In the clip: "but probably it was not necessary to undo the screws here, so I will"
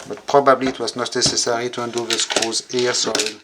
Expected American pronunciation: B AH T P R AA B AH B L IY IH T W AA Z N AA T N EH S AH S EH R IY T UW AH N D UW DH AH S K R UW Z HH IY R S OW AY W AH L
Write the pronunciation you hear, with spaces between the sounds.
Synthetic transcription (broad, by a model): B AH T P R AA B AH B L IY T W AA Z N AA T N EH S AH S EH R IY T UW AH N D UW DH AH S K UW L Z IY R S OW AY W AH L